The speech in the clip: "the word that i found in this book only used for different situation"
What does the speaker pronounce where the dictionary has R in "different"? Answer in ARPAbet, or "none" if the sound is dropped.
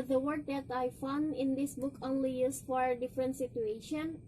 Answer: R